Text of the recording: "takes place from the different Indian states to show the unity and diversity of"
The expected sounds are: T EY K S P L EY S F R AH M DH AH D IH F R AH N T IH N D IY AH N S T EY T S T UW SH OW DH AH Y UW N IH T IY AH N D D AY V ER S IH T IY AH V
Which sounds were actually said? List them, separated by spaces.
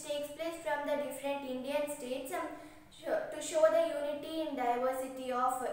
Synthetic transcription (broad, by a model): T EY K S P L EY S F R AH M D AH D IH F R AH N T IH N D IY AH N S T EY T S T UW SH OW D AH Y UW N IH T IY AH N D D AY V ER S IH T IY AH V